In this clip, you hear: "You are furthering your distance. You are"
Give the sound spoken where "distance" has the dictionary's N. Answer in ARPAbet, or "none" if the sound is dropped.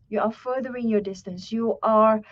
N